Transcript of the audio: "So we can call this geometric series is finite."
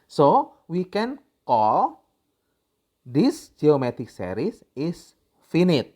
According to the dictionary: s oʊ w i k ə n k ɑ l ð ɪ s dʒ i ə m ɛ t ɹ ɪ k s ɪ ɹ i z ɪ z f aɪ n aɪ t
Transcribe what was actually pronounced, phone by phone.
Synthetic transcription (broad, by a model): s oʊ w i k ə n k ɑ l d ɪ s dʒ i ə m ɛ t ɪ k s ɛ ɹ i s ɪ s f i n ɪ t